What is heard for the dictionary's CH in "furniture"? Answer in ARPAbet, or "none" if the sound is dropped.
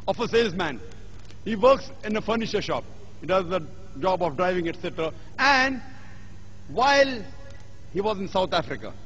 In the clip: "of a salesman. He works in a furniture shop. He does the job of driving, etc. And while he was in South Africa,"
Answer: SH